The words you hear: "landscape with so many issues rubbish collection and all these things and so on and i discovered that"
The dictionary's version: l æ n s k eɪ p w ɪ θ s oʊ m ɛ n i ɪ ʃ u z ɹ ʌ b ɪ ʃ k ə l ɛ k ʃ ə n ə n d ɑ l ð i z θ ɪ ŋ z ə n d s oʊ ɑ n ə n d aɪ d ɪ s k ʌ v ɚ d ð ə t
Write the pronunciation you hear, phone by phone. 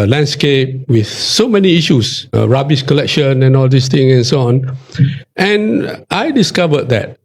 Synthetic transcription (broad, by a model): l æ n s k eɪ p w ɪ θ s oʊ m ɛ n i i ʃ u s ɹ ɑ b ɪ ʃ k ə l ɛ k ʃ ə n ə n ɑ l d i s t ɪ ŋ ə n s oʊ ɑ n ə n aɪ d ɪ s k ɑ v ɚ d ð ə t